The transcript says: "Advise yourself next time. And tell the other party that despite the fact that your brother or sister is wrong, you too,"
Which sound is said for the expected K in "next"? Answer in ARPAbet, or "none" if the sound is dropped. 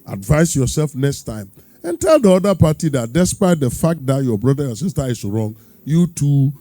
K